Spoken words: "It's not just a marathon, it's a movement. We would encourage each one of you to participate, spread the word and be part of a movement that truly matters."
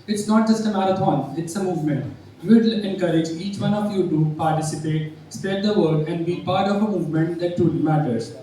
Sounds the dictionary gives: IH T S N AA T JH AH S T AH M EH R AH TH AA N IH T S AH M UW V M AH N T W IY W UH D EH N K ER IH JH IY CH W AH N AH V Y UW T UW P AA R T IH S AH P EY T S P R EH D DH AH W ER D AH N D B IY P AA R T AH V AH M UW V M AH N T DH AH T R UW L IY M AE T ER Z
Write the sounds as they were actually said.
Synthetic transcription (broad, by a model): IH T S N AA T JH AH S T AH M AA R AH T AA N IH T S AH M UW V M AH N T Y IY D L EH N K ER IH JH IY CH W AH N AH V Y UW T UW P AA R T IH S AH P EY T S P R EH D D AH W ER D AH N D B IY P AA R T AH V AH M UW V M AH N T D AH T UW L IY M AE T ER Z